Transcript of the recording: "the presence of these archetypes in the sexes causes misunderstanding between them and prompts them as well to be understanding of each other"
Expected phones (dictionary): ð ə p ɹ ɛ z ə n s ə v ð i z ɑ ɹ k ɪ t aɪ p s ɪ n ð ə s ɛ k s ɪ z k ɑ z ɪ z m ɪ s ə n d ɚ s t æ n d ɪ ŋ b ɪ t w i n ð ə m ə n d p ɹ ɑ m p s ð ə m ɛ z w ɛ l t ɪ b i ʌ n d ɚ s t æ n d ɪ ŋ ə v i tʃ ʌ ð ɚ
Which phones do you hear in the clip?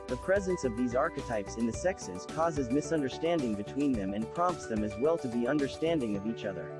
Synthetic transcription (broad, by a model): ð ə p ɹ ɛ z ə n s ə v ð i z ɑ ɹ k ɪ t aɪ p s ɪ n ð ə s ɛ k s ɪ z k ɑ z ɪ z m ɪ s ə n d ɚ s t æ n d ɪ ŋ b ɪ t w i n ð ə m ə n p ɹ ɑ m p s ð ə m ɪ z w ɛ l t ɪ b i ʌ n d ɚ s t æ n d ɪ ŋ ə v i tʃ ʌ ð ɚ